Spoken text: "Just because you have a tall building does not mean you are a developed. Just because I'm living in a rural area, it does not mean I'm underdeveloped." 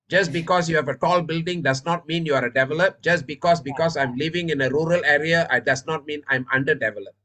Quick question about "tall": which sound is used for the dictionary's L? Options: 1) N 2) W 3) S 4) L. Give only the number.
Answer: 4